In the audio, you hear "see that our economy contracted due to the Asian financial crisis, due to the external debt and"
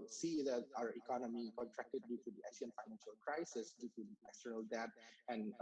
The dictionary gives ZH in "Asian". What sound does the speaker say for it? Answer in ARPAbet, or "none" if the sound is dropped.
S